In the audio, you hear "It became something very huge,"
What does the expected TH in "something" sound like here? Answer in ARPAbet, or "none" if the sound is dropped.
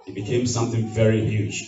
TH